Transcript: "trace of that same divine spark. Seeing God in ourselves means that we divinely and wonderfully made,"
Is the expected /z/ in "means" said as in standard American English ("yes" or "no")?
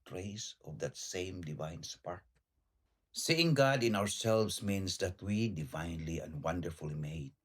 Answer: no